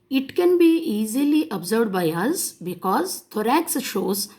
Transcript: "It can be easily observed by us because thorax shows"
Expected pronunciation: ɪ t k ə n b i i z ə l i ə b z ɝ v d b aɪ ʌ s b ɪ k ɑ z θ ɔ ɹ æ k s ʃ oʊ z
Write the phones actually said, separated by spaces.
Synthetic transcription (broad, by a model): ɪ t k ə n b i i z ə l i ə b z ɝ d b aɪ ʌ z b ɪ k ɑ z t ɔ ɹ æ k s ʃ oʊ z